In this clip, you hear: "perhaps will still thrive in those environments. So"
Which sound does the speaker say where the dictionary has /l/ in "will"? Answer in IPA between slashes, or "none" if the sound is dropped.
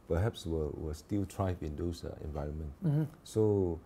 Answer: /w/